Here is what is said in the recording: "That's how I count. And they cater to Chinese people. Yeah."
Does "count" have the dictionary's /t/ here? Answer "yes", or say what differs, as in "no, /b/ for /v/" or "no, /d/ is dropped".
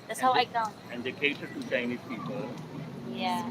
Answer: no, /t/ is dropped